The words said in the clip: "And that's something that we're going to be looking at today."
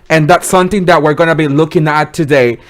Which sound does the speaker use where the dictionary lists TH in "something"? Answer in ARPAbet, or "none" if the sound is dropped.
TH